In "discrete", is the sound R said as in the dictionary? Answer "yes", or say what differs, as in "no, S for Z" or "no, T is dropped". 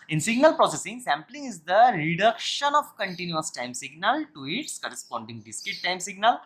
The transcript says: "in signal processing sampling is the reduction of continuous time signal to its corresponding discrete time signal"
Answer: no, R is dropped